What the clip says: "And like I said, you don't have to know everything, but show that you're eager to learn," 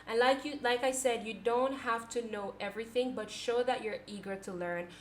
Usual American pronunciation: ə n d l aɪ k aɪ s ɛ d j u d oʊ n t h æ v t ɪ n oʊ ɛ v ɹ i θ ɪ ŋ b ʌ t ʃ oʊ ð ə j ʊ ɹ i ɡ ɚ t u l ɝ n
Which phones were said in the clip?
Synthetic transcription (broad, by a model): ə n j l aɪ k aɪ s ɛ d j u d oʊ n t h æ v t ɪ n oʊ ɛ v ɹ i θ ɪ ŋ b ʌ t ʃ oʊ ð ə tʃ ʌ ɹ i ɡ ɚ t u l ɝ n